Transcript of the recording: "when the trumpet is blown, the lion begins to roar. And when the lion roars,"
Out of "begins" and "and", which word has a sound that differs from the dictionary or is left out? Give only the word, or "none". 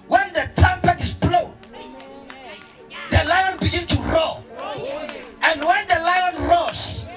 begins